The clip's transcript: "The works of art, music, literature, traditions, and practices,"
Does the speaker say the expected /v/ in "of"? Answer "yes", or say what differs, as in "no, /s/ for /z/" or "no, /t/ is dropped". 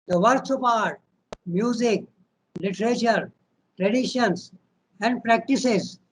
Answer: no, /p/ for /v/